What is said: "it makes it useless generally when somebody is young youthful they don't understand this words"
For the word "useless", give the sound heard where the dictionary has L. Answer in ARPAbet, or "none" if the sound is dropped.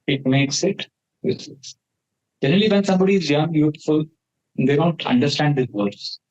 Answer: none